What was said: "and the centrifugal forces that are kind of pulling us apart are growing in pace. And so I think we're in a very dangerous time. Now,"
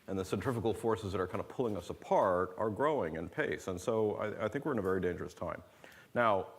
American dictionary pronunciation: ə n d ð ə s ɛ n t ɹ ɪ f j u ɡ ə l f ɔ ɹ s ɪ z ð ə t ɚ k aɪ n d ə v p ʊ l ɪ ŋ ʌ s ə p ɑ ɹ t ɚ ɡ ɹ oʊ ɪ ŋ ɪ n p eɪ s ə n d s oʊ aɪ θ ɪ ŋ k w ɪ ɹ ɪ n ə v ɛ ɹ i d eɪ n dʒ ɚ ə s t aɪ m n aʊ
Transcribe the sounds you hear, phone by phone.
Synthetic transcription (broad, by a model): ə n ð ə s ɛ n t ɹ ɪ f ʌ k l f ɔ ɹ s ɪ z ð ə t ɚ k aɪ n d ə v p ʊ l ɪ ŋ ʌ s ə p ɑ ɹ t ɚ ɡ ɹ oʊ ɪ ŋ ɪ n p eɪ s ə n s oʊ aɪ θ ɪ ŋ k w ɪ ɹ ɪ n ə v ɛ ɹ i d eɪ n dʒ ɚ ə s t aɪ m n aʊ